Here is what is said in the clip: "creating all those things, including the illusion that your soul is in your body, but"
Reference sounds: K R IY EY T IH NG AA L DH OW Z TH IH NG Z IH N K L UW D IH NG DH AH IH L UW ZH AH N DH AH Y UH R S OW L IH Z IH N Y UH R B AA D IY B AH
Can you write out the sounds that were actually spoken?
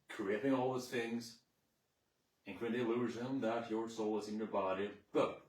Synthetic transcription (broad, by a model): K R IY EY T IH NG AA L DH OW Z TH IH NG Z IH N K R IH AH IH L UW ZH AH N DH AH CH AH R S OW L IH Z IH N Y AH R B AA D IY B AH